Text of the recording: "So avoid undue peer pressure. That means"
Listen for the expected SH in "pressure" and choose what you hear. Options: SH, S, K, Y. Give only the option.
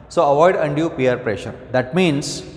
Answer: SH